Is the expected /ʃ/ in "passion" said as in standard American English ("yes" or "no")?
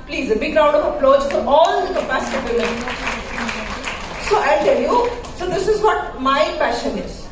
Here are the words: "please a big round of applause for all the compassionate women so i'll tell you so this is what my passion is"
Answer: yes